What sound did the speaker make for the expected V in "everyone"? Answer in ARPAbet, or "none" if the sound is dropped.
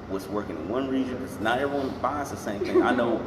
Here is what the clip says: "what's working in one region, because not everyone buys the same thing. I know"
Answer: none